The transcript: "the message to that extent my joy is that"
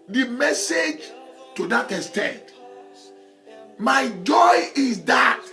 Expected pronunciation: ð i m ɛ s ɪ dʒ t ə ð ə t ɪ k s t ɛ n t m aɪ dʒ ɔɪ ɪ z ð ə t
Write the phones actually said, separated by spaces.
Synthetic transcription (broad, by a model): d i m ɛ s ɪ dʒ t ə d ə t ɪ s t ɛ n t m aɪ dʒ ɔɪ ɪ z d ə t